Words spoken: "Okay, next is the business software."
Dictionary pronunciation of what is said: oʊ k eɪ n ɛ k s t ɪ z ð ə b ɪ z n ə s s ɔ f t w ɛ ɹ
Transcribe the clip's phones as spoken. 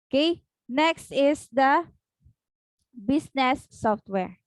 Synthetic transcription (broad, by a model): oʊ k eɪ n ɛ k s t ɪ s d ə b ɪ s n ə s s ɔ f t w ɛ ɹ